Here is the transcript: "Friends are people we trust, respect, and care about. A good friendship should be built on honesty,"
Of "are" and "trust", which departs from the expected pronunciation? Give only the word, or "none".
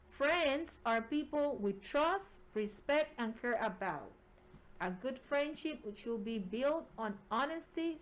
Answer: none